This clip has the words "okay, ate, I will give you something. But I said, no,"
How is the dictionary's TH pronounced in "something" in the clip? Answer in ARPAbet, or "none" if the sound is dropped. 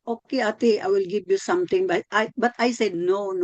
T